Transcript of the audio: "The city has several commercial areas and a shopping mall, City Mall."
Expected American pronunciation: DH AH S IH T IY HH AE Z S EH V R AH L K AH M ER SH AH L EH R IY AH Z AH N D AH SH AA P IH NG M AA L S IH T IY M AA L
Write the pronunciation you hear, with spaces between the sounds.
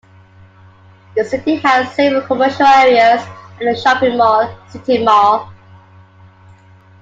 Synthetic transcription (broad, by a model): DH AH S IH T IY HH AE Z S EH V AH K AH M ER SH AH L EH R IY AH Z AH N AH SH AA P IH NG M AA S IH T IY M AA